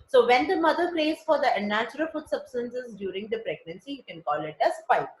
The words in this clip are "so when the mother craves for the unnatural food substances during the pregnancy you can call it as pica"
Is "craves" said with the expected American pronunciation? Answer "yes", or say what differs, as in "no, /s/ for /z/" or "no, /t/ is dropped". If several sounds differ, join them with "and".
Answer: no, /v/ is dropped